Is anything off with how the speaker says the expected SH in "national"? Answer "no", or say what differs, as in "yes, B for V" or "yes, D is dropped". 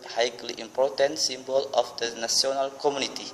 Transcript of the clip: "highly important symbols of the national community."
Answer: yes, S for SH